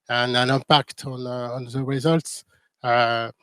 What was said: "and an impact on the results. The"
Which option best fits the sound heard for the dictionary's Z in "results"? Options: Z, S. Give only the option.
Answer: Z